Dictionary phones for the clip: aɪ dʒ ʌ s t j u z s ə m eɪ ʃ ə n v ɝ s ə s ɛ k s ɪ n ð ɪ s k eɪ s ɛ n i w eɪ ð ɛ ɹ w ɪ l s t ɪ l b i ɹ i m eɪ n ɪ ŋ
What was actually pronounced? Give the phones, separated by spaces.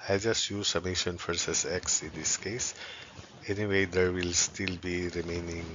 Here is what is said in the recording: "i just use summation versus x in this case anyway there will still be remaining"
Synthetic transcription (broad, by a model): aɪ dʒ ʌ s t j u z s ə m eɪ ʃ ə n f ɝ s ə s ɛ k s ɪ n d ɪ s k eɪ s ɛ n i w eɪ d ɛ ɹ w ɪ l s t ɪ l b i ɹ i m eɪ n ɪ ŋ